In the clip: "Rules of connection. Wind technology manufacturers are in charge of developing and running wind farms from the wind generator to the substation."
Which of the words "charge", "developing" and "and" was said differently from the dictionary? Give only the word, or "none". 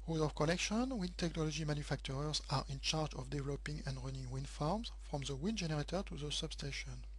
none